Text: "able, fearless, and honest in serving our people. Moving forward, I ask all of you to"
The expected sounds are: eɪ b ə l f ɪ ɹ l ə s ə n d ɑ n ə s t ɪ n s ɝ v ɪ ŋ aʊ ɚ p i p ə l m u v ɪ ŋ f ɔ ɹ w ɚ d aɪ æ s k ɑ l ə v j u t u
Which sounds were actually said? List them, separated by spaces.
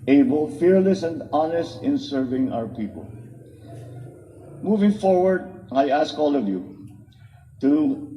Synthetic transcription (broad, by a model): eɪ b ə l f ɪ ɹ l ə s ə n d ɑ n ə s t ɪ n s ɝ v ɪ ŋ aʊ ɚ p i p ə l m u v ɪ ŋ f ɔ ɹ w ɚ d aɪ æ s k ɑ l ə v j u t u